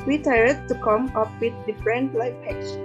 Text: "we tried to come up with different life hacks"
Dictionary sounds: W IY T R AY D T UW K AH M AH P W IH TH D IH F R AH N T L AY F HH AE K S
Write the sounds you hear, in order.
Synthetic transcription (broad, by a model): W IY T AY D T UW K AH M AH P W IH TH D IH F R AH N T L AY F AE K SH